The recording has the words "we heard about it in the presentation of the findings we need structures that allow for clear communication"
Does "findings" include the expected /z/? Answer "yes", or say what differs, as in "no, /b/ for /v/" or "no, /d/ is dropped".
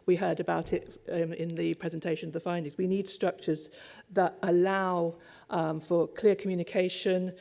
yes